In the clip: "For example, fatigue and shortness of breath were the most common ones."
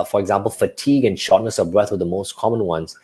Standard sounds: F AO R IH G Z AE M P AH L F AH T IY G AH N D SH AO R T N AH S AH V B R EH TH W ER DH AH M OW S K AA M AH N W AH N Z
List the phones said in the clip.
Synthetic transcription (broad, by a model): F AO R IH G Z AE M P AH L F AH T IY G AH N SH AO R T N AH S AH V B R EH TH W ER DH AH M OW S K AA M AH N W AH N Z